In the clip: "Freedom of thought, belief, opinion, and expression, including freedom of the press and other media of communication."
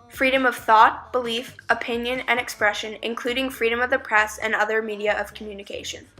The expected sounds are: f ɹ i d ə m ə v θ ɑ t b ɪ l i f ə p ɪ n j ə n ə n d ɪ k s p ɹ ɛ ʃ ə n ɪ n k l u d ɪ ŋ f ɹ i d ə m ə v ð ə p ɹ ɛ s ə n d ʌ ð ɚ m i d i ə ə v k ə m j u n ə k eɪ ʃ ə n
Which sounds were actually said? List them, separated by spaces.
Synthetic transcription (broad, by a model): f ɹ i d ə m ə v θ ɑ t b ɪ l i f ə p ɪ n j ə n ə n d ɪ k s p ɹ ɛ ʃ ə n ɪ n k l u d ɪ ŋ f ɹ i d ə m ə v ð ə p ɹ ɛ s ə n ʌ ð ɚ m i d i ə ə v k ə m j u n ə k eɪ ʃ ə n